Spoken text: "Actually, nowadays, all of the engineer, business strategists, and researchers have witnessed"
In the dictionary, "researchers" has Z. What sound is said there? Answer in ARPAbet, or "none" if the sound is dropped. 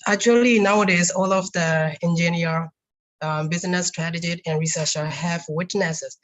none